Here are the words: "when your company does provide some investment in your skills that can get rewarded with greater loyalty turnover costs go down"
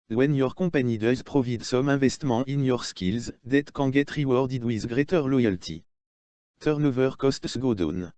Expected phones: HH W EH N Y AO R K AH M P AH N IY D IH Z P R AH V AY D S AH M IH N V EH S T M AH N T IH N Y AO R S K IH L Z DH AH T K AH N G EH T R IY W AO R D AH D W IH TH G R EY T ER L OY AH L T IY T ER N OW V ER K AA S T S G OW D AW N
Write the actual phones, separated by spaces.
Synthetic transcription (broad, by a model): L W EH N Y AO R K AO P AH N IY D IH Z P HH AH V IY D S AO M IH V EH S T M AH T IH N Y AO R S K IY L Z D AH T K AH G EH T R IY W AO R D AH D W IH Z G R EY T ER L OY AH L T IY T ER N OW V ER K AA S T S G OW D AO N